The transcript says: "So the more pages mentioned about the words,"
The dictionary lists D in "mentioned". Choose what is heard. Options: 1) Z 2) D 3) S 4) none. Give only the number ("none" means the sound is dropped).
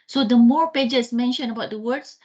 4